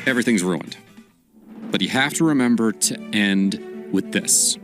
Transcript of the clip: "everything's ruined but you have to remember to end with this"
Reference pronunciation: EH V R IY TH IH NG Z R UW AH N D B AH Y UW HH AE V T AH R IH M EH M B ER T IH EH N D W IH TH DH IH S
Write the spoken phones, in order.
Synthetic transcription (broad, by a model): EH V R IY TH IH NG Z R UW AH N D B AH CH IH HH AE F T AH R IH M EH M B ER T IH EH N D W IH DH IH S